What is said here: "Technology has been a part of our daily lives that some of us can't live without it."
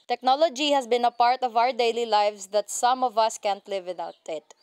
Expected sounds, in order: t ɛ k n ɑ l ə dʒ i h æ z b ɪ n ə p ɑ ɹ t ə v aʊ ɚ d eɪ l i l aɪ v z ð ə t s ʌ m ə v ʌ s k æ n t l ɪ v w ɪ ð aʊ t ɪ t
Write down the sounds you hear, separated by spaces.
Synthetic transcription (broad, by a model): t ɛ k n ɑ l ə dʒ i h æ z b ɪ n ə p ɑ ɹ t ə v aʊ ɚ d eɪ l i l aɪ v s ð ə t s ʌ m ə v ʌ s k æ n t l ɪ v w ɪ ð aʊ t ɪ t